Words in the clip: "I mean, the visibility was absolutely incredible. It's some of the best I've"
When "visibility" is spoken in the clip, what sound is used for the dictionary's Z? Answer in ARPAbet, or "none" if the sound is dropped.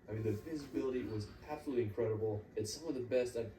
Z